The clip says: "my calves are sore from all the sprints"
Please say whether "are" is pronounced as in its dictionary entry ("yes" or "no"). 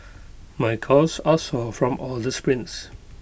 no